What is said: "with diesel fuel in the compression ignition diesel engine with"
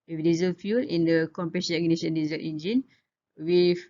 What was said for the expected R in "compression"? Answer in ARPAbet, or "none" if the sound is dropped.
none